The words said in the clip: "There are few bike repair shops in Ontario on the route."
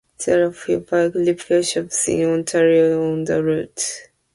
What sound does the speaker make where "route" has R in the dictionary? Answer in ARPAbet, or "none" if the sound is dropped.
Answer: R